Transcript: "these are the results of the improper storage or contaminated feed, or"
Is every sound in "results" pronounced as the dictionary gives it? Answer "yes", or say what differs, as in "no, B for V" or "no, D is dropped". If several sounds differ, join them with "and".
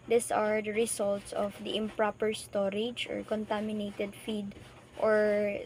no, S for Z